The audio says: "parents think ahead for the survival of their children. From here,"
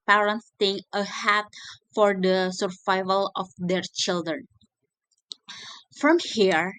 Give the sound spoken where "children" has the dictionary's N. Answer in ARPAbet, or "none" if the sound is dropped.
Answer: N